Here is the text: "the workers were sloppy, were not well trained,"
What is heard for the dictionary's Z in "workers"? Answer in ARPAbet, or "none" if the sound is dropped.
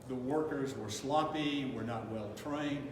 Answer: Z